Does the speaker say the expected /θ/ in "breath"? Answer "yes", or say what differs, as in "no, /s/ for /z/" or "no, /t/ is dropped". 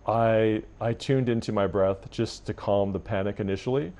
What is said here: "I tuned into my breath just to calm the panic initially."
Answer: yes